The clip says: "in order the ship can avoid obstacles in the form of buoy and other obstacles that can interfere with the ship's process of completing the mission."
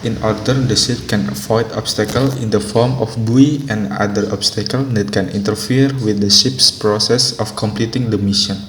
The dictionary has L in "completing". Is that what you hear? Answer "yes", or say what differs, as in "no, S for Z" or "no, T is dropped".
yes